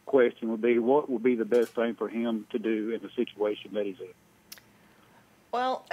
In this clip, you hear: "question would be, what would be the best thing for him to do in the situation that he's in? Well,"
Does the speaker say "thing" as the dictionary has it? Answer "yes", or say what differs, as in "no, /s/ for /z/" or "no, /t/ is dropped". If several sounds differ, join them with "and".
yes